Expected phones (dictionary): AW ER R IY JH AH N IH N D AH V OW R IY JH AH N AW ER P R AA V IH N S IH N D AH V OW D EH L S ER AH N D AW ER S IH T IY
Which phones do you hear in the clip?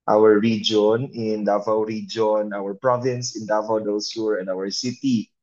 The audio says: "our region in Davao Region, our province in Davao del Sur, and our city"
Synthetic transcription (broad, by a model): AW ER R IY JH AH N IH N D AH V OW R IY JH AH N AW ER P R AA V IH N S IH N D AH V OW D EH L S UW AH N D AW ER S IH T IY